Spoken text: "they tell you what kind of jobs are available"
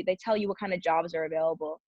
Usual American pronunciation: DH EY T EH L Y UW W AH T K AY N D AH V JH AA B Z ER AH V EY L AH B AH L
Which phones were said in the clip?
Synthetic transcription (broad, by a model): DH EY T EH L Y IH W AH T K AY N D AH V JH AA B Z ER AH V EY L AH B L